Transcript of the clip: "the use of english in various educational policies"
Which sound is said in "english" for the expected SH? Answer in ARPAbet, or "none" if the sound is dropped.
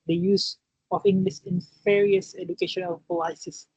S